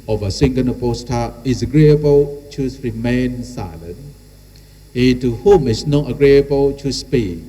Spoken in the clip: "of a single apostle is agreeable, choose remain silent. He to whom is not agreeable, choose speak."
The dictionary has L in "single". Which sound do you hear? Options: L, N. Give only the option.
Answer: N